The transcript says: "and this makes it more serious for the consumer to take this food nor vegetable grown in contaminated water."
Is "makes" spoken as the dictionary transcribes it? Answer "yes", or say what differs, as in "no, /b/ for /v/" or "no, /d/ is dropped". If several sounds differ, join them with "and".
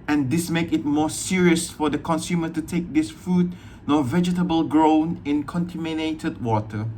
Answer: no, /s/ is dropped